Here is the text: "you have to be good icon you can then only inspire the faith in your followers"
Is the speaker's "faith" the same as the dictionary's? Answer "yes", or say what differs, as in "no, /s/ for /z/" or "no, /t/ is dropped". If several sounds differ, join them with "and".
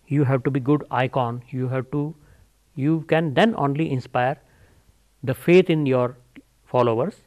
no, /t/ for /θ/